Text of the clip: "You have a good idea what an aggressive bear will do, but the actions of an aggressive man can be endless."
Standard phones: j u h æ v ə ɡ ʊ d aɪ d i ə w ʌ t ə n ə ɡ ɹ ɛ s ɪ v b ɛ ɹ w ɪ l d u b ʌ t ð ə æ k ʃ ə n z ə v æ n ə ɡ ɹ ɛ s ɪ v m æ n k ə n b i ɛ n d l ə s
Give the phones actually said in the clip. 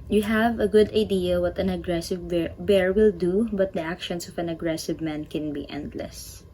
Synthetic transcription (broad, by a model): j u h æ v ə ɡ ʊ d aɪ d i ə w ʌ t ə n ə ɡ ɹ ɛ s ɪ v b ɛ ɹ w ɪ l d u b ʌ t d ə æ k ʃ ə n s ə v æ n ə ɡ ɹ ɛ s ɪ v m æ n k ə n b i ɛ n d l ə s